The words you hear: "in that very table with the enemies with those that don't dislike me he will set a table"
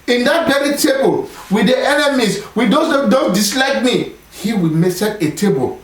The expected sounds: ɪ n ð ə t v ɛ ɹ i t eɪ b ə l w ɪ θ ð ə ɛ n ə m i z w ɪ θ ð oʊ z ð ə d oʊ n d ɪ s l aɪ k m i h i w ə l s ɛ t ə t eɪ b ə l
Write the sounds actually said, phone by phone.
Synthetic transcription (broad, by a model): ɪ n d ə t b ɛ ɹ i t eɪ b ə l w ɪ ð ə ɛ n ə m i s w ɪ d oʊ d oʊ n d ɪ s l aɪ k m i h i w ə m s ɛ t ə t eɪ b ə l